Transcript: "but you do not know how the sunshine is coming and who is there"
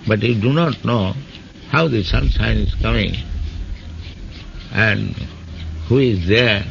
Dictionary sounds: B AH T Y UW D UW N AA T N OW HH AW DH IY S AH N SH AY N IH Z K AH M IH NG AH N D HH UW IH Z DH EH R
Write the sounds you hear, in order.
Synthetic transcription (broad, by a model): B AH T Y UW D UW N AA T N OW HH AW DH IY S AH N S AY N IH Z K AH M IH NG AH N D HH UW IH Z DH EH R